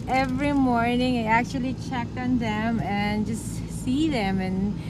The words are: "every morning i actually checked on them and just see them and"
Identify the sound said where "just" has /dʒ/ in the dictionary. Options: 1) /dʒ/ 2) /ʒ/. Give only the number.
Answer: 1